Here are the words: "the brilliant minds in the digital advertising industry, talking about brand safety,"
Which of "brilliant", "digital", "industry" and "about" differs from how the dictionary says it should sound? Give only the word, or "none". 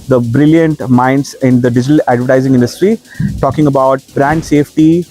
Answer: none